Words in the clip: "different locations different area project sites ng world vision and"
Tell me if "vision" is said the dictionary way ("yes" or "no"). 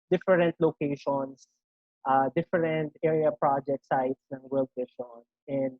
no